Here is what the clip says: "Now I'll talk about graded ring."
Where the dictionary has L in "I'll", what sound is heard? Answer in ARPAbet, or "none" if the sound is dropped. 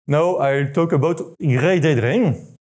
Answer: L